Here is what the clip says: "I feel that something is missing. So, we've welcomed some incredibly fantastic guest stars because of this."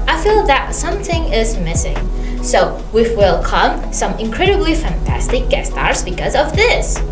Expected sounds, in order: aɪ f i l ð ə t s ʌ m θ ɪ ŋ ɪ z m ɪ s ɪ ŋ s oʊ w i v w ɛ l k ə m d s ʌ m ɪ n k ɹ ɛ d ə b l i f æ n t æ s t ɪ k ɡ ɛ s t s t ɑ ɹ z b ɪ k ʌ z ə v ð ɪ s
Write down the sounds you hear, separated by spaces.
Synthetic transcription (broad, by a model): aɪ f i l ð ə t s ʌ m θ ɪ ŋ ɪ z m ɪ s ɪ ŋ s oʊ w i f w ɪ l k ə m s ʌ m ɪ n k ɹ ɛ d ə b l i f æ n t æ s t ɪ k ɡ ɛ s s t ɑ ɹ z b ɪ k ʌ z ə v ð ɪ s